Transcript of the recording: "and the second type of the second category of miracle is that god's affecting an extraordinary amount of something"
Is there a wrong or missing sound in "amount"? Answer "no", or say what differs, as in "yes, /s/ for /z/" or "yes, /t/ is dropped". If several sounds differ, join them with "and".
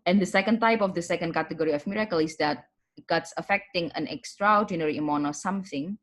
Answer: yes, /t/ is dropped